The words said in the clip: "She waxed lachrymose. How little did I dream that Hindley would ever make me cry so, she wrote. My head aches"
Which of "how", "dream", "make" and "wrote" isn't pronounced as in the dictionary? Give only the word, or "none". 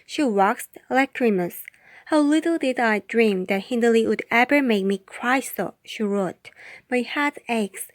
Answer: none